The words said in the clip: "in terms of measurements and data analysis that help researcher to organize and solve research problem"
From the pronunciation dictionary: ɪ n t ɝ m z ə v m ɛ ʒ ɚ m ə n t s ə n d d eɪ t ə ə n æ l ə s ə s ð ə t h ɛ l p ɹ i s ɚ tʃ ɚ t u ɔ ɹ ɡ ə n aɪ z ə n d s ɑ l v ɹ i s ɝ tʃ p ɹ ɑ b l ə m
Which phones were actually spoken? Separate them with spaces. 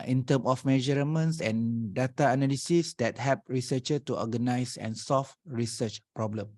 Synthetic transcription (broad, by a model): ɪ n t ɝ m ə f m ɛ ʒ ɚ m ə n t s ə n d d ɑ t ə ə n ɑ l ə s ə s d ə t h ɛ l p ɹ i s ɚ tʃ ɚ t u ɔ ɡ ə n aɪ s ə n s ɑ l f ɹ i s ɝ tʃ p ɹ ɑ b l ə m